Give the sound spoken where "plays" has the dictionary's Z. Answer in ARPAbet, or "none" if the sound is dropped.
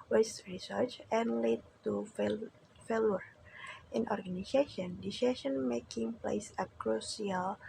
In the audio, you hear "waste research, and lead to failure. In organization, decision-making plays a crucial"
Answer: S